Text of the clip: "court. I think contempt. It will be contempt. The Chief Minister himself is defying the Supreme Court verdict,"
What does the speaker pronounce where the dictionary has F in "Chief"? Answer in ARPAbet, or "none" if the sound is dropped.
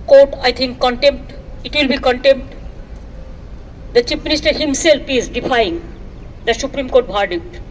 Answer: P